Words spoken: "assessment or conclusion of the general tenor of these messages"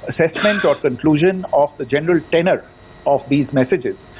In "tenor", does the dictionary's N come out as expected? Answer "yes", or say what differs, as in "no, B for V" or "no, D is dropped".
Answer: yes